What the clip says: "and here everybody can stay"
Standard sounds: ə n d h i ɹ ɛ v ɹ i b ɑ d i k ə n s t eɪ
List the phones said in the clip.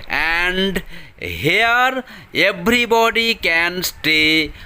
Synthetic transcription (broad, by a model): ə n d h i ɹ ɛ b ɹ i b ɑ d i k ə n s t eɪ